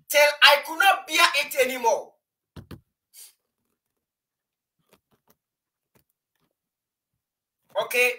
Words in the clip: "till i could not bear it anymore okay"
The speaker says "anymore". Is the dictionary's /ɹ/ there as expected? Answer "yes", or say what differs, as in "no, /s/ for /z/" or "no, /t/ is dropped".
no, /l/ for /ɹ/